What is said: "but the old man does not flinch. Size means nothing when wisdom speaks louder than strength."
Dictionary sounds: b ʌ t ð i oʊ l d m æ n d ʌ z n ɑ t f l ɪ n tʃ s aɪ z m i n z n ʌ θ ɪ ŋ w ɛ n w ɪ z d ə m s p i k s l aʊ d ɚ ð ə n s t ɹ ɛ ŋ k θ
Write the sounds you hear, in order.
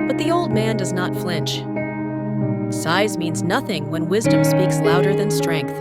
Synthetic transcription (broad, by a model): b ʌ t ð i oʊ l d m æ n d ʌ z n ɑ t f l ɪ n tʃ s aɪ z m i n z n ʌ θ ɪ ŋ w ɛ n w ɪ z d ə m s p i k s l aʊ d ɚ ð ə n s t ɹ ɛ ŋ k θ